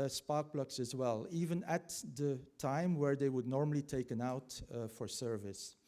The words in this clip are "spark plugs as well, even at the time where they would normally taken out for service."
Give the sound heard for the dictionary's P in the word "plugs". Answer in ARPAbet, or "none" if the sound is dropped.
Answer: B